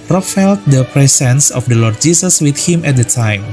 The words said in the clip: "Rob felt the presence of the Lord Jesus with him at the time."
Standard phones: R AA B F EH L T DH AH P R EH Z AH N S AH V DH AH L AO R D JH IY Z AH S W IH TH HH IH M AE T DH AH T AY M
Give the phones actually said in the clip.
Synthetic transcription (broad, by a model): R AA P F EH L T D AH P R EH S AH N S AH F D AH L AO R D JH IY S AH S W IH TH HH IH M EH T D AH T AY M